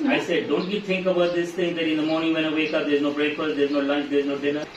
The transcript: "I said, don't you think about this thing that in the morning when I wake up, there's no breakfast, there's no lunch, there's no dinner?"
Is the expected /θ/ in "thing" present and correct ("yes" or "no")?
no